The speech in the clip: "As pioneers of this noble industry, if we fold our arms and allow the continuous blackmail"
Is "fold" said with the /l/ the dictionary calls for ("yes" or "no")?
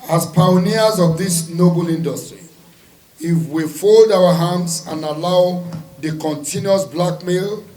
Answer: yes